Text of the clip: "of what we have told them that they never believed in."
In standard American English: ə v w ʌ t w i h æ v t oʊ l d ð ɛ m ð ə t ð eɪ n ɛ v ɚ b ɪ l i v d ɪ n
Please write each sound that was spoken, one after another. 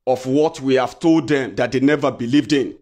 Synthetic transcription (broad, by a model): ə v w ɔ t w i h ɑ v t oʊ l d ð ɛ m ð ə t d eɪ n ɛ v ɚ b ɪ l i v d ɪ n